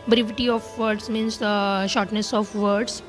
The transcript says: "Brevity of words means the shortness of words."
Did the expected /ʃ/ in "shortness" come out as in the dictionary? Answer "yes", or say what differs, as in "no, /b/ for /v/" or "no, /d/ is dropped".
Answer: yes